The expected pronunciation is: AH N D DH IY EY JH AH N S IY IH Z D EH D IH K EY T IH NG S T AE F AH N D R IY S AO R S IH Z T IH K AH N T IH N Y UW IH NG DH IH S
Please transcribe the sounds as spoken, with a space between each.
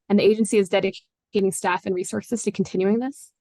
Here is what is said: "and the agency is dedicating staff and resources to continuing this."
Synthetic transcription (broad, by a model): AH N DH IY EY JH AH N S IY IH Z D EH D IH K EY T IH NG S T AE F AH N R IY S AO R S IH Z T IH K N T IH N Y UW IH NG DH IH S